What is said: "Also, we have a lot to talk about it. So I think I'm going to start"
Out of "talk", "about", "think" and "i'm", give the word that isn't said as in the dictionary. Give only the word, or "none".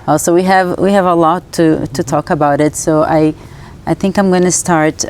none